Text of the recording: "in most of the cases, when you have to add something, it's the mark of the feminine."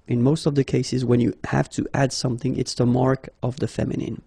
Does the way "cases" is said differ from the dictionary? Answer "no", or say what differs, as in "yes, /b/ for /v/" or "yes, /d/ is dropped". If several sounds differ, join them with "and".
no